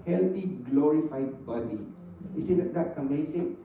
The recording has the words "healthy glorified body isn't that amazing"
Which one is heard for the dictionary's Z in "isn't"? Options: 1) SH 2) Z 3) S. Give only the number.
3